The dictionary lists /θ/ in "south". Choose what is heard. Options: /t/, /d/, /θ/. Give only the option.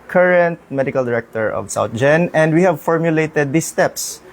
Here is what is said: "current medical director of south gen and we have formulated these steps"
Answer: /t/